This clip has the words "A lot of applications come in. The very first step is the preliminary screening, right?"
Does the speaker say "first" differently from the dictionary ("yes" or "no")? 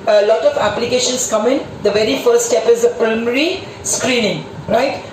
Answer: yes